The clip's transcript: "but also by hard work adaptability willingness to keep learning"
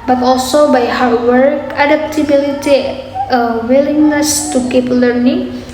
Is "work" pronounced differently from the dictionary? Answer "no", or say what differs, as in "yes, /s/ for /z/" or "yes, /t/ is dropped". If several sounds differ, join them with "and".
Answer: no